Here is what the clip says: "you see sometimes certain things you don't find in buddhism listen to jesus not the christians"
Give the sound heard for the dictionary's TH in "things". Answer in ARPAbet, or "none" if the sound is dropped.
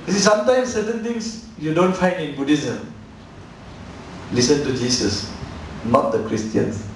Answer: T